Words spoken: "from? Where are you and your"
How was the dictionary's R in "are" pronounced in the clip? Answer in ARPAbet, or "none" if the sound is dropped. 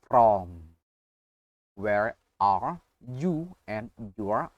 R